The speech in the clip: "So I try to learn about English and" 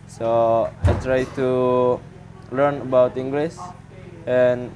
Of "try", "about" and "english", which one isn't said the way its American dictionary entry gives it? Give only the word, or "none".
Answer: english